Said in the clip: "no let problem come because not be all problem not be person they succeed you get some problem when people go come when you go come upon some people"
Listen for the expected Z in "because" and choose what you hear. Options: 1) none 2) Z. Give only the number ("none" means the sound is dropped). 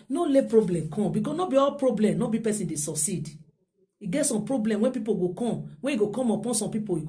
1